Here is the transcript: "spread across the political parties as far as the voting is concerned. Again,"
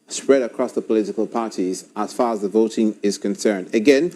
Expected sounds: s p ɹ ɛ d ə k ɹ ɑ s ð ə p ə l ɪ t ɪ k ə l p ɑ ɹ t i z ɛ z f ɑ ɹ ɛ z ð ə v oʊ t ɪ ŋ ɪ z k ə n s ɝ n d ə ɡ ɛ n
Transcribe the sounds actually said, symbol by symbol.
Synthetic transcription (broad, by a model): s p ɹ ɛ d ə k ɹ ɑ s ð ə p ə l ɪ t ɪ k ə l p ɑ ɹ t i z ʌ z f ɑ ɹ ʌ z ð ə v oʊ t ɪ ŋ ɪ z k ə n s ɝ n d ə ɡ ɛ n